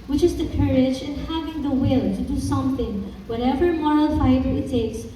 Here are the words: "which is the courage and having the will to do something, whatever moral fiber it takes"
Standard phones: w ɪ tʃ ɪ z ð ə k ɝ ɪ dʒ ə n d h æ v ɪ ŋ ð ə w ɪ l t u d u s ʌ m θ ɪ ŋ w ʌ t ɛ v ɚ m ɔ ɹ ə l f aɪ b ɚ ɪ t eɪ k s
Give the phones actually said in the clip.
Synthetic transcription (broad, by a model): w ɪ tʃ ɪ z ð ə k ɝ ɪ dʒ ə n h æ v ɪ ŋ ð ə w ɪ l t u d u s ʌ m θ ɪ ŋ w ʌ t ɛ v ɚ m ɔ ɹ ə l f aɪ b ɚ ɪ t eɪ k s